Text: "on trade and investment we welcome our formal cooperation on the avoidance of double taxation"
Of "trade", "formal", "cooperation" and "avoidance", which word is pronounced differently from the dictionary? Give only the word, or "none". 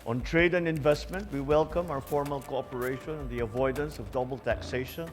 none